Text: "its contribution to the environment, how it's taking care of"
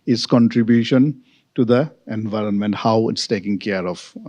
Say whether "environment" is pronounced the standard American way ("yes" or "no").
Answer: yes